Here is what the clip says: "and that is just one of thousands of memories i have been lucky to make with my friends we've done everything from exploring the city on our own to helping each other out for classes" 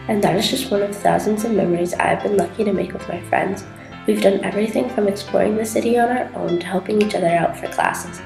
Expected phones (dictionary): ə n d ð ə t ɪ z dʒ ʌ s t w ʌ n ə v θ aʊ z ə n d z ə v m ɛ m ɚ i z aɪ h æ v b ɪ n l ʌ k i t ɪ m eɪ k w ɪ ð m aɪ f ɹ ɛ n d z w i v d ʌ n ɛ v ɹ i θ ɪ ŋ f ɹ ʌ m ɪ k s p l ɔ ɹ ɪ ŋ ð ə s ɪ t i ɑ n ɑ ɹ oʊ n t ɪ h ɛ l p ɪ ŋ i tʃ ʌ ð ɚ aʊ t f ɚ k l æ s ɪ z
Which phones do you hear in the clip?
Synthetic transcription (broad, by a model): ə n ð ə t ɪ z dʒ ʌ s t w ʌ n ə v θ aʊ z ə n d z ə v m ɛ m ɚ i z aɪ v b ɪ n l ʌ k i t ɪ m eɪ k w ɪ ð m aɪ f ɹ ɛ n d z w i v d ʌ n ɛ v ɹ i θ ɪ ŋ f ɹ ʌ m ɪ k s p l ɔ ɹ ɪ ŋ ð ə s ɪ t i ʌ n ɑ ɹ oʊ n t ɪ h ɛ l p ɪ ŋ i tʃ ʌ ð ɚ aʊ t f ɚ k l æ s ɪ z